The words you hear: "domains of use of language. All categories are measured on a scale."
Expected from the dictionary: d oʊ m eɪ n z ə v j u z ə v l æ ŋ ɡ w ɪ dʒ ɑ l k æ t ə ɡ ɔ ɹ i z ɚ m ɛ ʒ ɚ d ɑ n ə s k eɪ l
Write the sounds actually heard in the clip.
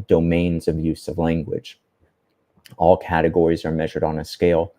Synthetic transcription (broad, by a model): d oʊ m eɪ n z ə v j u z ə v l æ ŋ ɡ w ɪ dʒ ɑ l k æ t ə ɡ ɔ ɹ i z ɚ m ɛ ʒ ɚ d n ə s k eɪ l